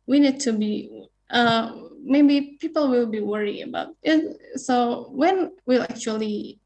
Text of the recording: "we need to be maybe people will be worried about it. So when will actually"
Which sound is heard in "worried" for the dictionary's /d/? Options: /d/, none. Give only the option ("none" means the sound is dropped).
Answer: none